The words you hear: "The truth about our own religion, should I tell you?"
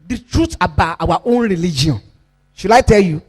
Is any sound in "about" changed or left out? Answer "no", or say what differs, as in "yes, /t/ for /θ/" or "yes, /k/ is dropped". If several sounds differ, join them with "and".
yes, /t/ is dropped